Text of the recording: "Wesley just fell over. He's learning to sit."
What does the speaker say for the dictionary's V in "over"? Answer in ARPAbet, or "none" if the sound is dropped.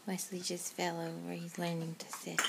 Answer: W